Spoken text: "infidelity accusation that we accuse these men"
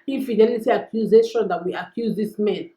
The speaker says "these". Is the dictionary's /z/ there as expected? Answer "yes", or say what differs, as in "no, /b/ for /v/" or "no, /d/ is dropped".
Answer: no, /s/ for /z/